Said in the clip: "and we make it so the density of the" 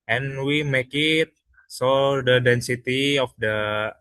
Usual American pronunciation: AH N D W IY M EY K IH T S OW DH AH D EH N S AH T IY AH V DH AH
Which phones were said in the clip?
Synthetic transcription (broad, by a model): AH N W IY M EY K IH T S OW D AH D EH N S AH T IY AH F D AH